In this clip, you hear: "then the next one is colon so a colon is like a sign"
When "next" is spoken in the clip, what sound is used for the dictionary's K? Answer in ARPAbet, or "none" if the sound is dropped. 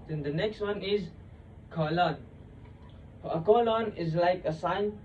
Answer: K